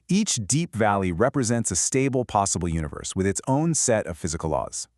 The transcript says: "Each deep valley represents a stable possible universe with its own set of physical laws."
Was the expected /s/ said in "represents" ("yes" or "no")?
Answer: yes